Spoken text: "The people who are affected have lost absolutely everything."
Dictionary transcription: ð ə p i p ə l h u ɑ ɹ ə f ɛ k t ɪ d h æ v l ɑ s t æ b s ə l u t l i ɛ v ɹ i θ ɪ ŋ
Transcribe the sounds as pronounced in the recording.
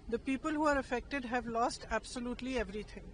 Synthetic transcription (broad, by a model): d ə p i p ə l h u ɑ ɹ ə f ɛ k t ɪ d h æ v l ɑ s t æ b s ə l u t l i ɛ v ɹ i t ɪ ŋ